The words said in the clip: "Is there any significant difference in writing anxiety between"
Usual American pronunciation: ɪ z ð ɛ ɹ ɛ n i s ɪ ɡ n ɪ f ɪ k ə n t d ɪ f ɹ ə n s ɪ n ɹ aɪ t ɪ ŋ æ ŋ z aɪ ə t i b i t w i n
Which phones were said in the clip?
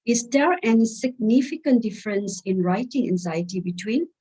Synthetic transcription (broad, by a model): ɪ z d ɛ ɹ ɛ n s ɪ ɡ n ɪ f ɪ k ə n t d ɪ f ɹ ə n s ɪ n ɹ aɪ t ɪ ŋ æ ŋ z aɪ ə t i b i t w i n